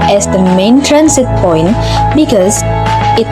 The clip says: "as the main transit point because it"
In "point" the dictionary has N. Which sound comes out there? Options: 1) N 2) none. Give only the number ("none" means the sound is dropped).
1